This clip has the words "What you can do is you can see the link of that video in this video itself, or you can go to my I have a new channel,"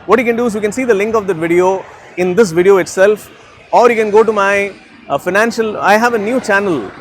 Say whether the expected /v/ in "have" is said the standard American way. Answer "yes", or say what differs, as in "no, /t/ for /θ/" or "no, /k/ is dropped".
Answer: yes